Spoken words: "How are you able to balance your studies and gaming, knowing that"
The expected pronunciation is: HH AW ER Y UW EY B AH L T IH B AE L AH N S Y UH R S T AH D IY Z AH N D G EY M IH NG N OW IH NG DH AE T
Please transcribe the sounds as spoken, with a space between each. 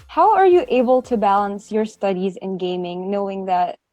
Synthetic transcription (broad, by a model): HH AW ER Y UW EY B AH L T IH B AE L AH N S Y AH R S T AH D IY Z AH N G EY M IH NG N OW IH NG DH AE T